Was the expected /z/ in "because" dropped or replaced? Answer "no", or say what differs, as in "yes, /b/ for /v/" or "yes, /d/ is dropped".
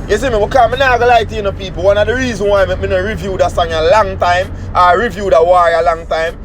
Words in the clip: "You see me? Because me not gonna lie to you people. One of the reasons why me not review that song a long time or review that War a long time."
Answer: yes, /z/ is dropped